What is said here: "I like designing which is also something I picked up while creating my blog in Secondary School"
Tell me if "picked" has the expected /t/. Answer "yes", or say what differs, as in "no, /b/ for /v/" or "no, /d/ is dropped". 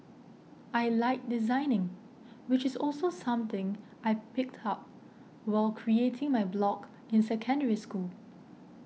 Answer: yes